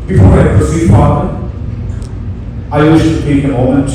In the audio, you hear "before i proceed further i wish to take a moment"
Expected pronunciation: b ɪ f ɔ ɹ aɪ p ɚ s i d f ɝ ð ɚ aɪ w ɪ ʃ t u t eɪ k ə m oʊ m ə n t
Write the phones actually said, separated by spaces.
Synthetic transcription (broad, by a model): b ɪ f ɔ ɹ aɪ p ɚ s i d p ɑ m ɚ aɪ w ɪ ʃ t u t eɪ k ə m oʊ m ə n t